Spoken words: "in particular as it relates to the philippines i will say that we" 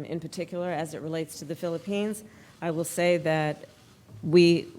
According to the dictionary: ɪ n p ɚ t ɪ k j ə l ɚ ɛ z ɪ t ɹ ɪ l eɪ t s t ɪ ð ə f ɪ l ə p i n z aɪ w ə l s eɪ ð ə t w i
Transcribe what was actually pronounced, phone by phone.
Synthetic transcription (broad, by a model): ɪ n p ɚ t ɪ k j l ɚ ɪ z ɪ t ɹ ɪ l eɪ t s t ɪ ð ə f ɪ l ə p i n z aɪ w ə l s eɪ ð ə t w i